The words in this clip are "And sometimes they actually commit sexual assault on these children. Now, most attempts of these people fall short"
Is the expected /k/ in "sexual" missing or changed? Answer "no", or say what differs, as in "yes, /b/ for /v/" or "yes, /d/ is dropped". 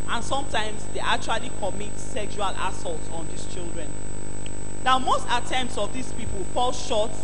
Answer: no